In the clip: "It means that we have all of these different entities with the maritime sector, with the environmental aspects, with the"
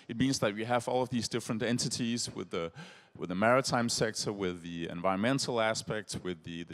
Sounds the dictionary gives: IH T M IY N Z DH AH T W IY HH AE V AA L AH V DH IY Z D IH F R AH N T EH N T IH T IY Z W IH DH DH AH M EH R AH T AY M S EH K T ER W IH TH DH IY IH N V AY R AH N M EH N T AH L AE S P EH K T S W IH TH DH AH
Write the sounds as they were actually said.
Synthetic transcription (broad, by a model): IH T M IY N Z DH AH T W IY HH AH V AA L AH V DH IY Z D IH F R AH N T EH N T IH T IY Z W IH DH DH AH M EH R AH T AY M S EH K T ER W IH DH IY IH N V AY R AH N M EH N T L AE S P EH K T S W IH DH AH